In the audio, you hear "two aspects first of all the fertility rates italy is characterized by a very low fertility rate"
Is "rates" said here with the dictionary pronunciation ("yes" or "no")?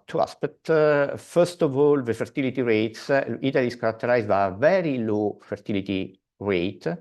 yes